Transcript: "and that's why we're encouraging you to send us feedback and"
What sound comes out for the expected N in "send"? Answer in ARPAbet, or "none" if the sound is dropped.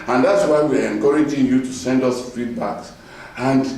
N